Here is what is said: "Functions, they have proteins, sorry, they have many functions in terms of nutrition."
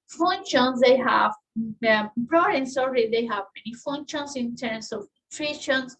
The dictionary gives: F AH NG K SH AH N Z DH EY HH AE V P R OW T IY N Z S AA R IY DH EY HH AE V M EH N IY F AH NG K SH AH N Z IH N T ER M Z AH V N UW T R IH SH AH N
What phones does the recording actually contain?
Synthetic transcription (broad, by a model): F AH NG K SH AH N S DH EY HH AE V B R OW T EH N S AA R IY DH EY HH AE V M EH N IY F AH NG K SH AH N S IH N T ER M S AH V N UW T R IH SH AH N